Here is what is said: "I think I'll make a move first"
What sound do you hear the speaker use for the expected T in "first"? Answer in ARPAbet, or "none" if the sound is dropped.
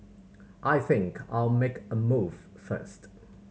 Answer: T